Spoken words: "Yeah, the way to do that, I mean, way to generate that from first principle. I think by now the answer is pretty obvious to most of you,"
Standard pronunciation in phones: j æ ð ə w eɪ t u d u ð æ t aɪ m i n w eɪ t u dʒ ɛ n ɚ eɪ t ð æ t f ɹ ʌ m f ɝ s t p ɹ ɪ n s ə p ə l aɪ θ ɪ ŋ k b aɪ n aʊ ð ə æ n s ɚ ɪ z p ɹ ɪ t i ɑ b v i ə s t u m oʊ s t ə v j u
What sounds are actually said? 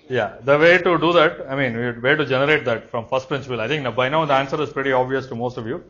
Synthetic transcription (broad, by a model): j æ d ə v eɪ t u d u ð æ t aɪ m i n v eɪ t u dʒ ɛ n ɚ eɪ t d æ t f ɹ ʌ m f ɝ s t p ɹ ɪ n s ə p ə l aɪ t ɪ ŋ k b aɪ n aʊ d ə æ n s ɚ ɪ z p ɹ ɪ t i ɑ b v i ə s t u m oʊ s t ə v j u